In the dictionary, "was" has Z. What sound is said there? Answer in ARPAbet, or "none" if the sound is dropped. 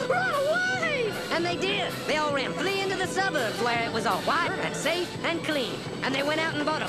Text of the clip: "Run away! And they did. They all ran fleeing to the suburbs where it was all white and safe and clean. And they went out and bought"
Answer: Z